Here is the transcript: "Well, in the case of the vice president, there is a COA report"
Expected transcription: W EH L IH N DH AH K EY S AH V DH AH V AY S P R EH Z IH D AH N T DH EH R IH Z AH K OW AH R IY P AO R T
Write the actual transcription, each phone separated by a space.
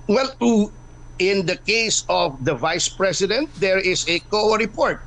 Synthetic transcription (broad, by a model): W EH L IH N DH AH K EY S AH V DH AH V AY S P R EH S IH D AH N T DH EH R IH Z AH K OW R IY P AO R T